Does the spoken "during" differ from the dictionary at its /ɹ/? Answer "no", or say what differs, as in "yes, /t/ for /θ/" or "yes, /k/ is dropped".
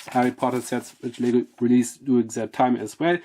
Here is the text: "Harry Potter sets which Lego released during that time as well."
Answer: yes, /ɹ/ is dropped